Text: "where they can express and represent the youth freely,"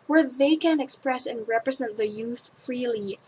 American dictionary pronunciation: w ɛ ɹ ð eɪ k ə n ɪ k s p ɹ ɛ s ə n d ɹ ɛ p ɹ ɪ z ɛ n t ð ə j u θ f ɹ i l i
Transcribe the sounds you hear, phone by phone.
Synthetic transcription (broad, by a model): w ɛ ɹ ð eɪ k ə n ɪ k s p ɹ ɛ s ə n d ɹ ɛ p ɹ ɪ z ɛ n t ð ə j u θ f ɹ i l i